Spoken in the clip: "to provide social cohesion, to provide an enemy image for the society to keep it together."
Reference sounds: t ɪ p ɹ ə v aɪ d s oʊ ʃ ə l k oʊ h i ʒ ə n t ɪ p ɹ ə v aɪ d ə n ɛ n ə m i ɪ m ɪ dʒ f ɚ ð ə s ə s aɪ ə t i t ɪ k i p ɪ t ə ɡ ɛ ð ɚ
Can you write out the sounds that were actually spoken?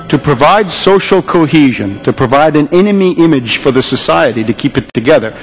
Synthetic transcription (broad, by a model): t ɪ p ɹ ə v aɪ d s oʊ ʃ l k oʊ h i ʒ ə n t ɪ p ɹ ə v aɪ d ə n ɛ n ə m i ɪ m ɪ dʒ f ɚ ð ə s ə s aɪ ə t i t ɪ k i p ɪ t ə ɡ ɛ ð ɚ